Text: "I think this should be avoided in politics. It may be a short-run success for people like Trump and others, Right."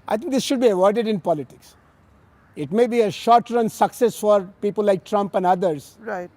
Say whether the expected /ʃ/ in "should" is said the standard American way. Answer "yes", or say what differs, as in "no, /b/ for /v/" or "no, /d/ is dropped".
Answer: yes